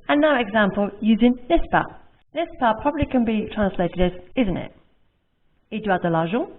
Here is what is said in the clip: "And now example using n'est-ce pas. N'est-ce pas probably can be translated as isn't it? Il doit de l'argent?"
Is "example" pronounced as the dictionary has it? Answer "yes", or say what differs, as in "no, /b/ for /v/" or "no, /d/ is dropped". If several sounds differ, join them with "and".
yes